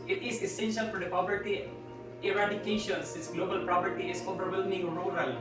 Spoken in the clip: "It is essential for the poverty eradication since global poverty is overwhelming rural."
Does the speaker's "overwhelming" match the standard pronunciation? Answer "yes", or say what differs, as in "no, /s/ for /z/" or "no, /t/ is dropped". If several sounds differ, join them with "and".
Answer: no, /p/ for /v/